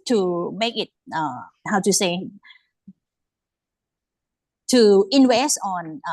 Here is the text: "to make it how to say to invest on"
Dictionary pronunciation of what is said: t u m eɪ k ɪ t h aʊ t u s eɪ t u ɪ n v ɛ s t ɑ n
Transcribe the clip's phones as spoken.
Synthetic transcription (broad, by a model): t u m eɪ k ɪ t h aʊ t u s eɪ t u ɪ n w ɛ s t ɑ n